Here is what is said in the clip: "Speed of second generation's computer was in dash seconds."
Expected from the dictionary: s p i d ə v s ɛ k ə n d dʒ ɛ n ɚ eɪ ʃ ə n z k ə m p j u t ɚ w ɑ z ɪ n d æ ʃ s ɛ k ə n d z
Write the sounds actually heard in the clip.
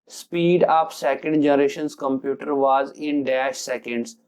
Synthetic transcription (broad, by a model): s p i d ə p s ɛ k ə n d dʒ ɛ n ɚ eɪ ʃ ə n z k ə m p j u t ɚ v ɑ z ɪ n d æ ʃ s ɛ k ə n d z